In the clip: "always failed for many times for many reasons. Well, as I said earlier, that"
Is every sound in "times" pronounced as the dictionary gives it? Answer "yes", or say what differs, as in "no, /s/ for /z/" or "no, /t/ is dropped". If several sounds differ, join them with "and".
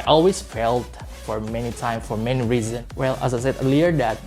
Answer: no, /z/ is dropped